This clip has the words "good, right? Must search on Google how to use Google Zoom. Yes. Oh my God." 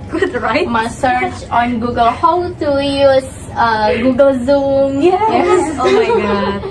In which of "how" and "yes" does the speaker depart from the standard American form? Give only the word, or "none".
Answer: yes